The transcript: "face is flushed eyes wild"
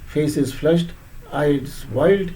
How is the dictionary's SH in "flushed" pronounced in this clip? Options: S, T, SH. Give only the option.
SH